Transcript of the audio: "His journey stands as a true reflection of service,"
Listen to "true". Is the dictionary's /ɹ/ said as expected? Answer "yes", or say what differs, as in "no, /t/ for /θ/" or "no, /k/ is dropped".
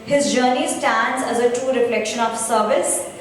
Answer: no, /ɹ/ is dropped